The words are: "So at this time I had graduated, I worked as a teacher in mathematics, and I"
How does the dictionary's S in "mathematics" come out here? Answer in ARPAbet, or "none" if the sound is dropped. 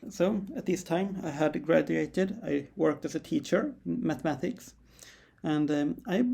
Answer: S